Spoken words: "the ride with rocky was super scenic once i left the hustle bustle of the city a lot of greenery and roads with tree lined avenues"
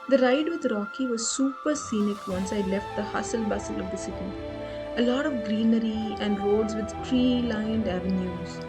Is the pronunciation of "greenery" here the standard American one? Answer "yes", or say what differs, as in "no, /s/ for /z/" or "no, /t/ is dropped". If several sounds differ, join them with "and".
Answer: yes